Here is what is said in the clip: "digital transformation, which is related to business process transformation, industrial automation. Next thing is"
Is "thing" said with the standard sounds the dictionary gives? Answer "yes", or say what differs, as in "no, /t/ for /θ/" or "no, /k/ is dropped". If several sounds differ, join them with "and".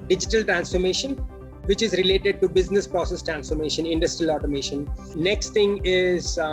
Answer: no, /t/ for /θ/